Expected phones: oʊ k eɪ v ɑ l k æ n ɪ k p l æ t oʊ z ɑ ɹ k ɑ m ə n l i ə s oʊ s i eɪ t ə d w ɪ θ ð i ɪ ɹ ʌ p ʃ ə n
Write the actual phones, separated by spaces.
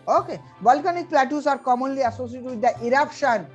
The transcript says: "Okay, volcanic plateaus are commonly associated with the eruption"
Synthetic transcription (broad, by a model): oʊ k eɪ b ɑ l k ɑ n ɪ k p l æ t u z ɑ ɹ k ɑ m ə n l i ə s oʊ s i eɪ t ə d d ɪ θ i ɹ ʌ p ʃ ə n